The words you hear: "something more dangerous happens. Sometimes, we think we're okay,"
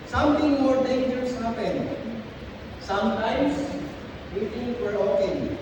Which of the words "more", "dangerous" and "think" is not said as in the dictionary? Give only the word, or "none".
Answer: think